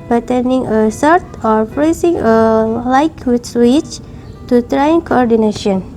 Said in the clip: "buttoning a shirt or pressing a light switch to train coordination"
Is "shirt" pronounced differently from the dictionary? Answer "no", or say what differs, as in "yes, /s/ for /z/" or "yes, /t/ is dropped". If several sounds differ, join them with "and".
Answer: yes, /s/ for /ʃ/